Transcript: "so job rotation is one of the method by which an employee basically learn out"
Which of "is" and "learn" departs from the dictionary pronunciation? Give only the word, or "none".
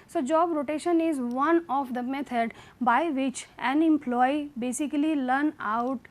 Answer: none